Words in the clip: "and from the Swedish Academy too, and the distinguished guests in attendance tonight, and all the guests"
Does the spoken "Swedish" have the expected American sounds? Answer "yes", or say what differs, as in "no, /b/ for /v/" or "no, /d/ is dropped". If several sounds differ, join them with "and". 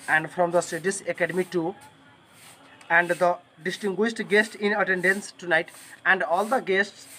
no, /s/ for /ʃ/